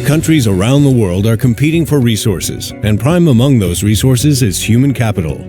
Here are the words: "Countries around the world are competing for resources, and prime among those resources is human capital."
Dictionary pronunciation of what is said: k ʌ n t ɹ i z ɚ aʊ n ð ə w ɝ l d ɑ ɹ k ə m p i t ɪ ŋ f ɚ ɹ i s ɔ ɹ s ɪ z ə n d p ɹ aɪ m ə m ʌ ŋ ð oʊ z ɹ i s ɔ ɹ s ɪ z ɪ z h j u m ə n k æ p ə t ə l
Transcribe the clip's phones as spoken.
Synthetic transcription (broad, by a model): k ʌ n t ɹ i z ɚ aʊ n ð ə w ɝ l d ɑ ɹ k ə m p i t ɪ ŋ f ɚ ɹ i s ɔ ɹ s ɪ z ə n p ɹ aɪ m ə m ʌ ŋ ð oʊ z ɹ i s ɔ ɹ s ɪ z ɪ z h j u m ə n k æ p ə t l